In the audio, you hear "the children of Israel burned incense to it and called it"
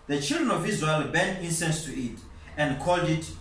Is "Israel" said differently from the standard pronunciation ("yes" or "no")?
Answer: yes